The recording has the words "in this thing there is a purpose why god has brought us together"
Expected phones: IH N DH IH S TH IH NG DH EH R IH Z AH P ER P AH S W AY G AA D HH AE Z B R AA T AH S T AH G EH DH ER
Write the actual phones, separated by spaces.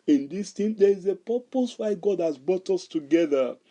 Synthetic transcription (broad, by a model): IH N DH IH S T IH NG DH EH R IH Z AH P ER P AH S W AY G AA D HH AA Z B R AA T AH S T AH G EH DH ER